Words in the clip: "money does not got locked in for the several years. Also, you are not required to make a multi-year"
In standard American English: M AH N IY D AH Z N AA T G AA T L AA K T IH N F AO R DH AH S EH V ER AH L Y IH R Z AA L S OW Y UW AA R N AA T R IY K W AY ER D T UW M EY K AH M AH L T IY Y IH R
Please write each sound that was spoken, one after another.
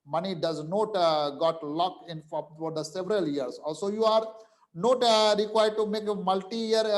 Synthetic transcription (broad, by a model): M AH N IY D AH Z N AA T G AA T L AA K IH N F AO R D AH S EH V ER AH L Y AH R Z AA L S OW Y UW AA R N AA T R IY K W AY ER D T UW M EY K AH M AH L T IY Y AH R